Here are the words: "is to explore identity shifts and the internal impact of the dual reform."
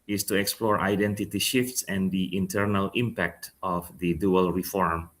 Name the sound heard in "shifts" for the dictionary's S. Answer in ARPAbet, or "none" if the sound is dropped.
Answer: S